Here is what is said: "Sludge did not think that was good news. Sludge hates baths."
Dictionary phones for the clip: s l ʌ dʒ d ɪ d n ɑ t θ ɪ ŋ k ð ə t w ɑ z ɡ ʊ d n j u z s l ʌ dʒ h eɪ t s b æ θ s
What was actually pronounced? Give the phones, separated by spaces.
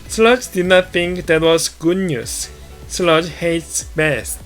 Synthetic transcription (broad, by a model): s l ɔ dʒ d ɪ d n ɑ t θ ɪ ŋ k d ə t w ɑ s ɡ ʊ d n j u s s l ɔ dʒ h eɪ t s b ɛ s